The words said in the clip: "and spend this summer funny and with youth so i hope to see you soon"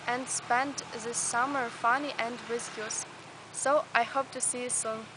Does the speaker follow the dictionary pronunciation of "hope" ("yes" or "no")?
yes